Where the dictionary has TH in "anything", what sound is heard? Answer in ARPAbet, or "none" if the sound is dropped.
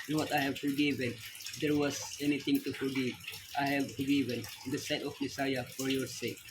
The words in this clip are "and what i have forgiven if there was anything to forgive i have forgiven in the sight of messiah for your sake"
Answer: T